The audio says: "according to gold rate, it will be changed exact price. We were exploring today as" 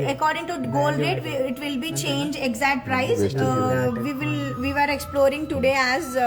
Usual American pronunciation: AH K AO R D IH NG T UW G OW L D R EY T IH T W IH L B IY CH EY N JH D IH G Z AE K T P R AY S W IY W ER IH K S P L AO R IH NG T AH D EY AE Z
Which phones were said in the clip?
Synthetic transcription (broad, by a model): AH K AO R D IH NG T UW G OW L D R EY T IH T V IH L B IY CH EY N JH IH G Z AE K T P R AY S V IY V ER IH K S P L AO R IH NG T AH D EY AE Z